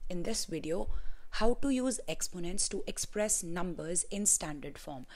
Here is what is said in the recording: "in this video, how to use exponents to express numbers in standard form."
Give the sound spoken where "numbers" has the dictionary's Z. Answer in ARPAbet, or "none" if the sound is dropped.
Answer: Z